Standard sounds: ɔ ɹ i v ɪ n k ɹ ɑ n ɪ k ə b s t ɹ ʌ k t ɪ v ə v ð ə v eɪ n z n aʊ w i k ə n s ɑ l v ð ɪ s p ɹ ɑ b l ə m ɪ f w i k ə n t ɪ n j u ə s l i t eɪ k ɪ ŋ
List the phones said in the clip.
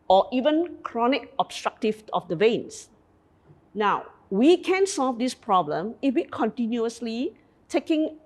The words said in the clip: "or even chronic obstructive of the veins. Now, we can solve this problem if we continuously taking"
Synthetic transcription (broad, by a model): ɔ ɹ i v ɪ n k ɹ ɑ n ɪ k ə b s t ɹ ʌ k t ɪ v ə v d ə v eɪ n s n aʊ w i k ə n s ɑ l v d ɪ s p ɹ ɑ b l ə m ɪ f w i k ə n t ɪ n j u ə s l i t eɪ k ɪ ŋ